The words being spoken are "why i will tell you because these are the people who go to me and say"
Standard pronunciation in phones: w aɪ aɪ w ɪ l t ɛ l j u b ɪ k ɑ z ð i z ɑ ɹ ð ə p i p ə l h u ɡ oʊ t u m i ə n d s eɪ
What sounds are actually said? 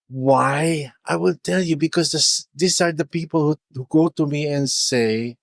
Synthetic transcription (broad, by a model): w aɪ aɪ w ɪ l t ɛ l j u b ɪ k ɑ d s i s ɑ ɹ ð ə p i p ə l h u ɡ oʊ t u m i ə n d s eɪ